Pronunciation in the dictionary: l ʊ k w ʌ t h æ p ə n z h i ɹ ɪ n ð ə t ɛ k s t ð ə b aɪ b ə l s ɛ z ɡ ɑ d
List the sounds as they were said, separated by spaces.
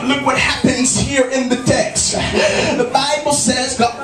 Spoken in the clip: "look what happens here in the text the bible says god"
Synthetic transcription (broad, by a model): l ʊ k w ʌ t h æ p ə n z h i ɹ ɪ n ð ə t ɛ k s t ð ə b aɪ b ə l s ɛ z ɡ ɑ